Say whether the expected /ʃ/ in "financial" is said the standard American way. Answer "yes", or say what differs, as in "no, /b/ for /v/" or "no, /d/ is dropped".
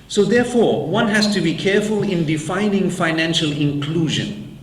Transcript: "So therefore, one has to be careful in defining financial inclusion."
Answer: yes